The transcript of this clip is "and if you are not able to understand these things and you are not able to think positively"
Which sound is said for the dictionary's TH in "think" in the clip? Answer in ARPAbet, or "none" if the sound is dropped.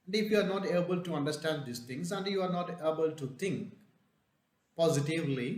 T